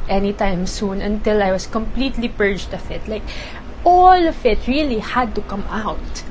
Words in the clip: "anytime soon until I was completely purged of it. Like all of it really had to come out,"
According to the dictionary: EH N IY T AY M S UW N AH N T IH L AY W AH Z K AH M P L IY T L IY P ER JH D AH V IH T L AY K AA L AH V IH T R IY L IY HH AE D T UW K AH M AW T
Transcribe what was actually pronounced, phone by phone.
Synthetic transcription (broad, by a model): EH N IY T AY M S UW N AH N T IH L AY W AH S K AH M P L IY T L IY P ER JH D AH F IH T L AY K AA L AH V IH T R IY L IY HH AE D T UW K AH M AW T